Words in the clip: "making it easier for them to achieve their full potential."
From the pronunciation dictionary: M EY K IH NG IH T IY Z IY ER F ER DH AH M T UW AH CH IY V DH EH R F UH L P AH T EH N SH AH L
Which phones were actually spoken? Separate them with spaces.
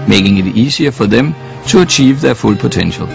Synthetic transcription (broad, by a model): M EY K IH NG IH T IY S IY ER F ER DH AH M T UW AH CH IY V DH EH F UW L P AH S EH N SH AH L